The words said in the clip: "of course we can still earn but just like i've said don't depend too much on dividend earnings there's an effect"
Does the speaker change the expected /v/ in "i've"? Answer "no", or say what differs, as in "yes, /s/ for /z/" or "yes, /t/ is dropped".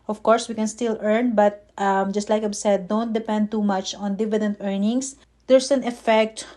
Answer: yes, /b/ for /v/